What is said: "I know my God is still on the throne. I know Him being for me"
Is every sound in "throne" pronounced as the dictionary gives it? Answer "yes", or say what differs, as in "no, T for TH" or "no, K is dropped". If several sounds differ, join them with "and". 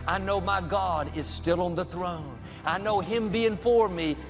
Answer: yes